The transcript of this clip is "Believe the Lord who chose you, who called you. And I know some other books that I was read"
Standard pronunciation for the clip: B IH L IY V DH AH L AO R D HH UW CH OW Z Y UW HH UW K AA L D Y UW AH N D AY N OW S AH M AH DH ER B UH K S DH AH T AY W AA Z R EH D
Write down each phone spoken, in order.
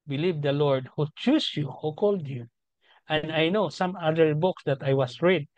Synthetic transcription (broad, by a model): B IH L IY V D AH L AO R D HH UW CH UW S Y UW HH UW K AA L D Y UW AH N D AY N OW S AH M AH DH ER B UH K S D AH T AY W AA S R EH D